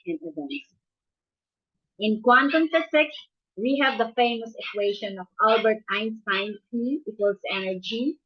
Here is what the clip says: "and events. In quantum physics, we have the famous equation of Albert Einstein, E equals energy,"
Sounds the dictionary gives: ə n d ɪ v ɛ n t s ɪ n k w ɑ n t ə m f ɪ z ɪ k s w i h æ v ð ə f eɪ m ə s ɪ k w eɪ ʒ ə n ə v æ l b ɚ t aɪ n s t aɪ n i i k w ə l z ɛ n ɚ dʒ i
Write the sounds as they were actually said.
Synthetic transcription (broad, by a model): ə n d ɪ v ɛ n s ɪ n k w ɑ n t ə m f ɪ s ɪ k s w i h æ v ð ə f eɪ m ə s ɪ k w eɪ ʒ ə n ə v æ l b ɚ t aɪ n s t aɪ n i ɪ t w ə l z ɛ n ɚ dʒ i